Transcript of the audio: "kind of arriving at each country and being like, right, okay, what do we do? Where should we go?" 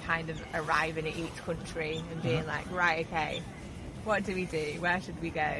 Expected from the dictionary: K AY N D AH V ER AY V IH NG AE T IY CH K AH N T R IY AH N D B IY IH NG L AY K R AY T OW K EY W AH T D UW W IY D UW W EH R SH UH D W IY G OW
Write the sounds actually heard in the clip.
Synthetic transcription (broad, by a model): K AY N D AH V ER AY V IH NG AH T IY CH K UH N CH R IY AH N B IY IH NG L AY K R AY T OW K EY W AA T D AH W IY D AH W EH SH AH D W IY G OW